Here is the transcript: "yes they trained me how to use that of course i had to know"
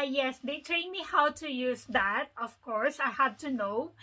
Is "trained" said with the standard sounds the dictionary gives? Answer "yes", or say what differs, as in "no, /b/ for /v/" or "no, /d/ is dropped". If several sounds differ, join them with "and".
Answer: no, /l/ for /ɹ/